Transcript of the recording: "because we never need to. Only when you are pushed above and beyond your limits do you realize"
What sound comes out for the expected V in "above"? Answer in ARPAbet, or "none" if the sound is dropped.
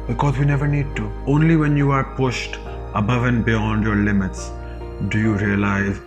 V